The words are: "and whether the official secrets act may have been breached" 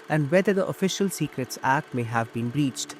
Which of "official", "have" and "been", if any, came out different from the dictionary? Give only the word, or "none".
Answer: none